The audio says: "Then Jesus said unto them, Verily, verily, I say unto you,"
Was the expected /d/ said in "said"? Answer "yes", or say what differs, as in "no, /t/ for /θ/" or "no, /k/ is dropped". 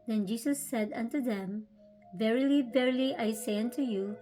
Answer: yes